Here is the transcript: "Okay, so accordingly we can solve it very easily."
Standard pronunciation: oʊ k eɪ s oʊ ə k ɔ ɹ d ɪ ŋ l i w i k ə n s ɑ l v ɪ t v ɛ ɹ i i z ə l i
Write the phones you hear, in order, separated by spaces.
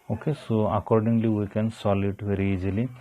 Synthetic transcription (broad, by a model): oʊ k eɪ s oʊ ə k ɔ ɹ d ɪ ŋ l i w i k ə n s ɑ l ɪ t v ɛ ɹ i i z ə l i